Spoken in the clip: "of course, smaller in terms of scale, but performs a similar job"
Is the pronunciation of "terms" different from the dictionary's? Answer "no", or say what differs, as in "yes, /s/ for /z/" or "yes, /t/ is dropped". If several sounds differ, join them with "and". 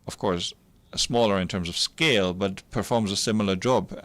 no